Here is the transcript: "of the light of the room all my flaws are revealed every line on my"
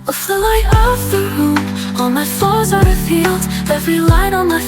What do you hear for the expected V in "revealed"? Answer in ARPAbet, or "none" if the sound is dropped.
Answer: F